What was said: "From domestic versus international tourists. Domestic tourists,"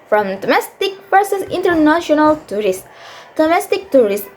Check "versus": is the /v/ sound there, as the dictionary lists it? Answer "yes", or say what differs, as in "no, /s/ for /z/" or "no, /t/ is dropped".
no, /p/ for /v/